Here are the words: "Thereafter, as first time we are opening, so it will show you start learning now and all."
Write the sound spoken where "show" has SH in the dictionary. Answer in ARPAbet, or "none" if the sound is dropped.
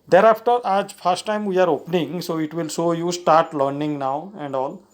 S